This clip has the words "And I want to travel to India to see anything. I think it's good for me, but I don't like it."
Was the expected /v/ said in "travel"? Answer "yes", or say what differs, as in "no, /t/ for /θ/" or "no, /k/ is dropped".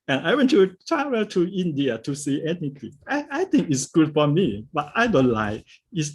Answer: no, /w/ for /v/